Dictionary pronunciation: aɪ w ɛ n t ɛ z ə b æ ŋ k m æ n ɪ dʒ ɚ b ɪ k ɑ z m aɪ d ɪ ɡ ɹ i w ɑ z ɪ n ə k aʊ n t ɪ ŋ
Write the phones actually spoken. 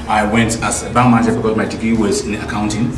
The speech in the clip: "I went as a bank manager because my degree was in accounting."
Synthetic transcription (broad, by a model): aɪ w ɛ n t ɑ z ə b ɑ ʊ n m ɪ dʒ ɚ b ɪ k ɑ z m aɪ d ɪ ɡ i w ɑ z ɪ n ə k aʊ n t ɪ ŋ